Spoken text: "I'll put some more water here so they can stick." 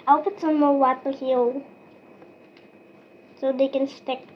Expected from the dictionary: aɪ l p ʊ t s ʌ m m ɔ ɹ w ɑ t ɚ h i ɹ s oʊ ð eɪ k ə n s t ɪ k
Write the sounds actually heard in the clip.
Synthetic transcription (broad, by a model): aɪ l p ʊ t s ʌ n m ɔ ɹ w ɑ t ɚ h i l s oʊ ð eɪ k ə n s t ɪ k